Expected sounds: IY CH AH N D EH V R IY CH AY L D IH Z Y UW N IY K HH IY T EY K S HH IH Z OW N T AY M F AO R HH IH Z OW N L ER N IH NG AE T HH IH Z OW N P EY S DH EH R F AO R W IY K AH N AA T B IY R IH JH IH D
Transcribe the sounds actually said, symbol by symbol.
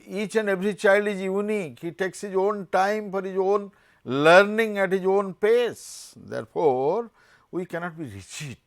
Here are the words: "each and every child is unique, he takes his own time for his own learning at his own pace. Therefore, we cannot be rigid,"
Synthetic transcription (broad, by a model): IY CH AH N D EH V R IY CH AY L D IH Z Y UW N IY K HH IY T EY K S HH IH Z OW N T AY M F AO R HH IH Z OW N L ER N IH NG AE T HH IH Z OW N P EY S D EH R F AO R W IY K AH N AA T B IY R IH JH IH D